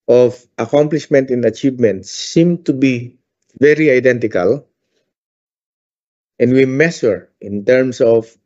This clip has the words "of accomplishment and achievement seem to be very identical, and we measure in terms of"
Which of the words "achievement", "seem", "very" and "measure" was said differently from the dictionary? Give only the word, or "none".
measure